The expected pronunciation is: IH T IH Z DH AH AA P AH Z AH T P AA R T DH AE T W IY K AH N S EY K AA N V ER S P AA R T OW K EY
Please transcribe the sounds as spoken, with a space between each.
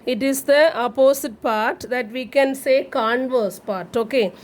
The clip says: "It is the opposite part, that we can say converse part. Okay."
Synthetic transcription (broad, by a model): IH T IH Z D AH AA P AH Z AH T P AA R T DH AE T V IY K AH N S EY K AA N V ER S P AA R T OW K EY